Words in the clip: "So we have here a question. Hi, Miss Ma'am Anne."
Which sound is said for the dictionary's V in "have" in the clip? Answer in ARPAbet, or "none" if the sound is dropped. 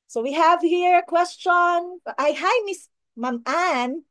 V